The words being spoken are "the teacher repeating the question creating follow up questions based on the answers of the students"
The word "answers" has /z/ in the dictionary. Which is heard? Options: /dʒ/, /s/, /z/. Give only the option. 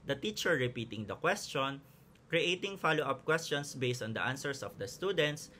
/s/